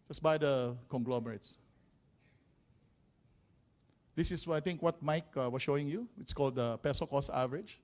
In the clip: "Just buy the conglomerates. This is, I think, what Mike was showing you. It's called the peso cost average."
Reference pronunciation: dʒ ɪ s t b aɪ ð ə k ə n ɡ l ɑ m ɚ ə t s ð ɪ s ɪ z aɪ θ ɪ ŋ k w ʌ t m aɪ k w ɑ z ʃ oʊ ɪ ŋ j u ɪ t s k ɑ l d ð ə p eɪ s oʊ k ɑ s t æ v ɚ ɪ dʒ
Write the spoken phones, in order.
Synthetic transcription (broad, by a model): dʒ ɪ s b aɪ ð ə k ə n ɡ l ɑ m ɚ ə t s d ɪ s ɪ s aɪ t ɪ ŋ k w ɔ t m aɪ k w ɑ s ʃ oʊ ɪ ŋ j u ɪ t s k ɑ l d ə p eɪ s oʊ k ɑ s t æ v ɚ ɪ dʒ